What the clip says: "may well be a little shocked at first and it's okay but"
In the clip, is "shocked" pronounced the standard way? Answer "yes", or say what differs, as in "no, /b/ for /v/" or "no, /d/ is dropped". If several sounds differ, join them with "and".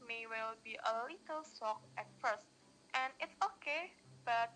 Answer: no, /s/ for /ʃ/